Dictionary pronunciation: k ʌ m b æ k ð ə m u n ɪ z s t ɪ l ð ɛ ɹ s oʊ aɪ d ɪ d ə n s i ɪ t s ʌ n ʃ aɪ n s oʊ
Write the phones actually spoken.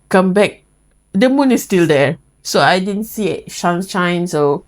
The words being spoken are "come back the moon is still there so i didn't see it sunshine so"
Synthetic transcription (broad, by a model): k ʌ m b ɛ k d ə m u n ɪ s t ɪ l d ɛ s oʊ aɪ d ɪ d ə n s i ɪ t ʃ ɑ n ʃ aɪ n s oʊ